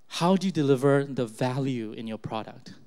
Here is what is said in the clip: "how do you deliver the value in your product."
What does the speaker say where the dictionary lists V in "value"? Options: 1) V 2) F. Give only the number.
1